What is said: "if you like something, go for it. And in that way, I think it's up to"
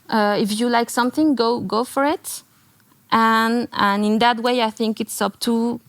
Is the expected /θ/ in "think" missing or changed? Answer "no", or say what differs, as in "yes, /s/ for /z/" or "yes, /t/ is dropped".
no